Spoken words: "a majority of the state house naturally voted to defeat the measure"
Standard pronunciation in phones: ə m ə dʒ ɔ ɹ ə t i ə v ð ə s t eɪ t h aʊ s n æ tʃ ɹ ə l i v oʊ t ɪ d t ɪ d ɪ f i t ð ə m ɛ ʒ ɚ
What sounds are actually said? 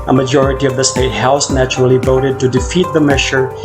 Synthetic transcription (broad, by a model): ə m ə dʒ ɔ ɹ ə t i ə v ð ə s t eɪ t h aʊ s n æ tʃ ə l i v oʊ t ɪ d t ɪ d ɪ f i t ð ə m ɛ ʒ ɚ